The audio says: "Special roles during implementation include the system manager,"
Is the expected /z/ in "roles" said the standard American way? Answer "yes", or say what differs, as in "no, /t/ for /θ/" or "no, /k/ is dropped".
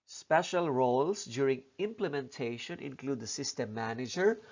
no, /s/ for /z/